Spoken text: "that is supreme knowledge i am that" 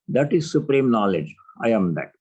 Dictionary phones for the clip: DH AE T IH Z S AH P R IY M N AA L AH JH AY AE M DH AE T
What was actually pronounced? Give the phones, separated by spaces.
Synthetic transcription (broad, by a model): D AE T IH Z S AH P R IY M N AA L AH JH AY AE M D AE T